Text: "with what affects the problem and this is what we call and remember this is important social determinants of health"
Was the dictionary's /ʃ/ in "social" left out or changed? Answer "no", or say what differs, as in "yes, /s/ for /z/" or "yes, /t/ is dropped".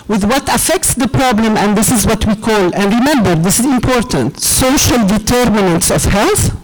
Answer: no